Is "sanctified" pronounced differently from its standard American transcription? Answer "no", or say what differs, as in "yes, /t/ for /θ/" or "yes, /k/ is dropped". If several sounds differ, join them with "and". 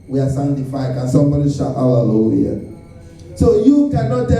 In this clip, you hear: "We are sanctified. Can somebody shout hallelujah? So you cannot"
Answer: yes, /k/ is dropped